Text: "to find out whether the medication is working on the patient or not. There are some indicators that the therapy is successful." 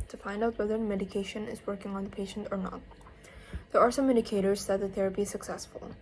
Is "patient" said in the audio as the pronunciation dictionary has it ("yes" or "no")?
yes